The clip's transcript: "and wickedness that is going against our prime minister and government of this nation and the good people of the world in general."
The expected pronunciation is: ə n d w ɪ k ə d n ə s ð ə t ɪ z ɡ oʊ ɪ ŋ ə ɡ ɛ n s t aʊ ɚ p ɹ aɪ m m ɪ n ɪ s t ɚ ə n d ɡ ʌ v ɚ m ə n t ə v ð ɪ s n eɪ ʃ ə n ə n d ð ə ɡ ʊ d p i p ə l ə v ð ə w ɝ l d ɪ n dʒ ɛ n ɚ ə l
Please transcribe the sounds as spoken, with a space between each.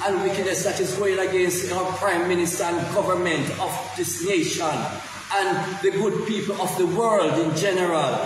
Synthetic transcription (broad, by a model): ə n w ɪ k ə d n ə s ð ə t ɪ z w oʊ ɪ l ə ɡ ɛ n s t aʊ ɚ p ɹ aɪ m m ɪ n ɪ s t ɚ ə n ɡ ʌ v ɚ m ə n t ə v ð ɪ s n eɪ ʃ ə n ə n ð ə ɡ ʊ d p i p ə l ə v ð ə w ɝ l d ɪ n dʒ ɛ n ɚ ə l